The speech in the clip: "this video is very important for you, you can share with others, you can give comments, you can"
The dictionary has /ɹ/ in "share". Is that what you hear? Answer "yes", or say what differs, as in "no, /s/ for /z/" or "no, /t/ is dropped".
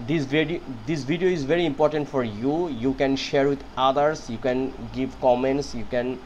yes